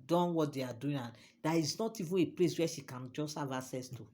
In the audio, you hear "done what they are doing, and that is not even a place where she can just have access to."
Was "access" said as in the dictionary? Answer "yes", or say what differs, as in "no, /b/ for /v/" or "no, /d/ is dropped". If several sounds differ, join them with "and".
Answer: no, /k/ is dropped